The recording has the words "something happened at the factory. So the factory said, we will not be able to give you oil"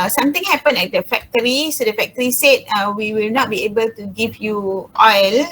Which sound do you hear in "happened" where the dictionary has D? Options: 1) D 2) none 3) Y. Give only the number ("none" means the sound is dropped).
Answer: 2